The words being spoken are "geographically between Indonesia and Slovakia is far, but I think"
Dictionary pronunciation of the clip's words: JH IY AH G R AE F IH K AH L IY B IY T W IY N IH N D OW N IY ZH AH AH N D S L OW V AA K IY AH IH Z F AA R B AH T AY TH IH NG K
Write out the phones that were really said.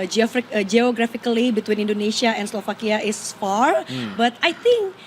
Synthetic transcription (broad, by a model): JH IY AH G R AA F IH K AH L IY B IY T W IY N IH N D OW N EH SH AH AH N S L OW F AA K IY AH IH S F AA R B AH T AY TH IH NG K